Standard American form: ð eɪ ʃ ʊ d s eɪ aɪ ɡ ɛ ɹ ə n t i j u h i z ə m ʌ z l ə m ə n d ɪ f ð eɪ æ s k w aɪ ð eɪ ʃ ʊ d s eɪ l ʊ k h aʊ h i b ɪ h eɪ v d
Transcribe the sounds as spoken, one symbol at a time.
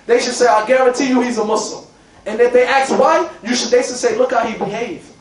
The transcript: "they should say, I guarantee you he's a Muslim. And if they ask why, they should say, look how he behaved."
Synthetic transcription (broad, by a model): ð eɪ ʃ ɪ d s eɪ aɪ ɡ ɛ ɹ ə n t i j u h i z ə m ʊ s l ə m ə n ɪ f ð eɪ æ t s w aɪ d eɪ s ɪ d s eɪ l ʊ k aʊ h i b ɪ h eɪ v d